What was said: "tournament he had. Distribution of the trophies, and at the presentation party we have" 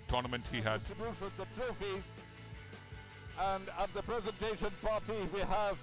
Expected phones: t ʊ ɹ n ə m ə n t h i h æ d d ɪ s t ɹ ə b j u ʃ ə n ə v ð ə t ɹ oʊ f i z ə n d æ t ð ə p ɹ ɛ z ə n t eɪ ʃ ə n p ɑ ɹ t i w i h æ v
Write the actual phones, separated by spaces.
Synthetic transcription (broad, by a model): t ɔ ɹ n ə m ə n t h i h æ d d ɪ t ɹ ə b j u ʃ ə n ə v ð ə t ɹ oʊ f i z ə n d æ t ð ə p ɹ ɛ z ə n t eɪ ʃ ə n p ɑ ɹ t i w i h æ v